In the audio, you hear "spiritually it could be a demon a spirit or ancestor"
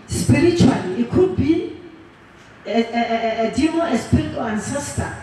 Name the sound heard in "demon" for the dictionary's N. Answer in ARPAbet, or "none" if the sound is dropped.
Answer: none